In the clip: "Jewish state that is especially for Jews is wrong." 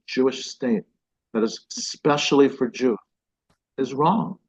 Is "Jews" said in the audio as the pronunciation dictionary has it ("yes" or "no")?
no